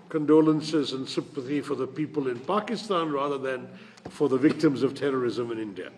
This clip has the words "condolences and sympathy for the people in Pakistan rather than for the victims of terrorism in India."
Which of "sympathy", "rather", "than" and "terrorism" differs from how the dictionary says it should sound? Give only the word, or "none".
none